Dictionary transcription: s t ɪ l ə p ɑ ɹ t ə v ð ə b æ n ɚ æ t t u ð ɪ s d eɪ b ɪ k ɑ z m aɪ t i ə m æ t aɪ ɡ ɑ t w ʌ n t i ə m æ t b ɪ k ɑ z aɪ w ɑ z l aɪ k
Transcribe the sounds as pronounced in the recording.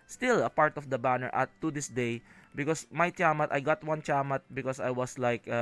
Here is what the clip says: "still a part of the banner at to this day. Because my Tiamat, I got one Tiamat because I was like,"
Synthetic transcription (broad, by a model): s t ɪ l ə p ɑ ɹ t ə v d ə b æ n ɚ t t u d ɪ s d eɪ b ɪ k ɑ s m aɪ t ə m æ t aɪ ɡ ɑ t w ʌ n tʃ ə m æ t b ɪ k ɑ s aɪ w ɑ s l aɪ k